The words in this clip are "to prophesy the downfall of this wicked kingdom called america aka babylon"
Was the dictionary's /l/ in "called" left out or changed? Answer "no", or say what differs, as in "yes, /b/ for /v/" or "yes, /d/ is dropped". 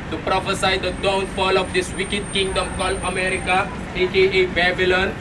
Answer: no